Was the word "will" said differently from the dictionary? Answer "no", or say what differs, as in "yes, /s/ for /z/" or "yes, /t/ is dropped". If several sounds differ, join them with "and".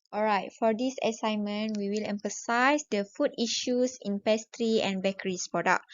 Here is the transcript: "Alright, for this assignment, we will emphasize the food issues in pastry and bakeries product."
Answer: no